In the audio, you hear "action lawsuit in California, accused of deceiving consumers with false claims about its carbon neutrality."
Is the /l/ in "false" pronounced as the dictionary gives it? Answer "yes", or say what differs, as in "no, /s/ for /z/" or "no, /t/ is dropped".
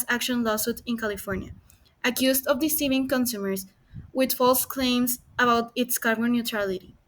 yes